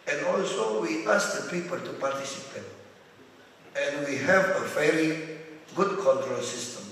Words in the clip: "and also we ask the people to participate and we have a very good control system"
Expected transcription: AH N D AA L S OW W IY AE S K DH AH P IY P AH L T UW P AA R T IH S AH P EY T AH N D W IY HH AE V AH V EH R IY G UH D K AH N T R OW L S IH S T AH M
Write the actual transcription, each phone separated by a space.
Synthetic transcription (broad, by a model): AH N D AA L S OW W IY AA S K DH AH P IY P AH L T UW P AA R T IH S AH P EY T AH N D W IY HH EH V AH F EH L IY G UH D K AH N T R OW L S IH S T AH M